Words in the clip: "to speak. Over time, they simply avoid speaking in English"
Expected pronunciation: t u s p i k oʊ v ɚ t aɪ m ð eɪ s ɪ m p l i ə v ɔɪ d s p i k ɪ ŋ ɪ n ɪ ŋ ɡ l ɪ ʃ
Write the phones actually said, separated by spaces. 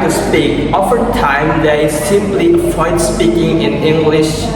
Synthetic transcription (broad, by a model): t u s p i k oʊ f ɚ t aɪ m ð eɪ s ɪ m p l i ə f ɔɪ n s p i k ɪ ŋ ɪ n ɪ ŋ ɡ l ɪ ʃ